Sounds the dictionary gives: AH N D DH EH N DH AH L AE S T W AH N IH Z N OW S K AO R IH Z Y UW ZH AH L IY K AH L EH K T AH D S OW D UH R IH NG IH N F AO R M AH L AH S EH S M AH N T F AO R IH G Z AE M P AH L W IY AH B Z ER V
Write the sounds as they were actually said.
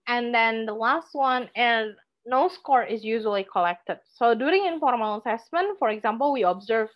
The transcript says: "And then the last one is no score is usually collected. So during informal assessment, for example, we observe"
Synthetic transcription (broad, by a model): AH N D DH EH N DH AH L AE S T W AH N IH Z N OW S K AO R IH Z Y UW ZH AH L IY K AH L EH K T AH D S OW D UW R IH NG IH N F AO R AH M AH S EH S M AH N T F AO R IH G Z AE M P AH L W IY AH B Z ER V